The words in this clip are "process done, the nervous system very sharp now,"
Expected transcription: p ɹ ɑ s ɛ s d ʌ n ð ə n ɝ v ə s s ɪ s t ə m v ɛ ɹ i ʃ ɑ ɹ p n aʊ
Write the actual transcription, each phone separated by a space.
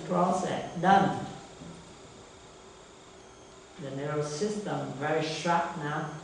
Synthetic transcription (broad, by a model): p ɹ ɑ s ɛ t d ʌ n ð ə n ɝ ə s s ɪ s t ə m v ɛ ɹ i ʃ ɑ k n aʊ